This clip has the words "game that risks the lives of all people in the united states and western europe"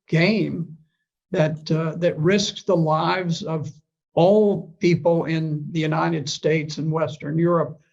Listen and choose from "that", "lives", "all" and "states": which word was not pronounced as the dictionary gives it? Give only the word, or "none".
none